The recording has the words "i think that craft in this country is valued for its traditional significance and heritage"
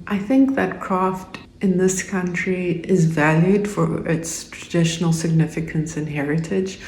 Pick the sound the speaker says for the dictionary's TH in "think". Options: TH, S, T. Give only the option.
TH